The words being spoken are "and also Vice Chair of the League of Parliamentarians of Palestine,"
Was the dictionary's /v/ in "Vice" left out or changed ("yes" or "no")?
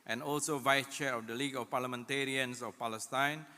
no